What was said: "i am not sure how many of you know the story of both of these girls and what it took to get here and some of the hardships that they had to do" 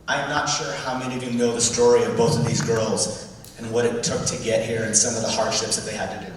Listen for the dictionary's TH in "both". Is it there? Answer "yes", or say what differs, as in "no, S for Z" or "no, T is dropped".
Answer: yes